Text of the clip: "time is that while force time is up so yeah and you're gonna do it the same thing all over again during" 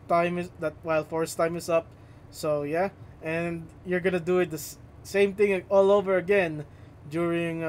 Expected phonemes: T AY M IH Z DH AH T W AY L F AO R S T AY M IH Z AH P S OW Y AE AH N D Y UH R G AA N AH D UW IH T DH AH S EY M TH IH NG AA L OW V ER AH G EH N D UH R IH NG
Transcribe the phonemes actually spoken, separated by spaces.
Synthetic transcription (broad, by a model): T AY M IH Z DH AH T W AY L F AO R S T AY M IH S AH P S OW Y AE AH N D Y UH R G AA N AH D UW IH T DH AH S EY M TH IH NG AA L OW V ER AH G EH N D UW R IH NG